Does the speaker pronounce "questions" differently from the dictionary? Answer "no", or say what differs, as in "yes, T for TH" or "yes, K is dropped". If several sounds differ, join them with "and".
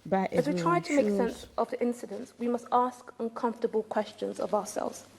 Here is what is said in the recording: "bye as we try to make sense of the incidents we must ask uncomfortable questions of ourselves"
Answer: no